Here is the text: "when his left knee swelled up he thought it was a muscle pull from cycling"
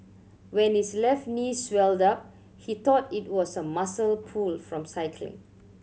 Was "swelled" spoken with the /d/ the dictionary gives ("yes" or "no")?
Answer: yes